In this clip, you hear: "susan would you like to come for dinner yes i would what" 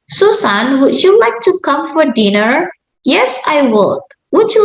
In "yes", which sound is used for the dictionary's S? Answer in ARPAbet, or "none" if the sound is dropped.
S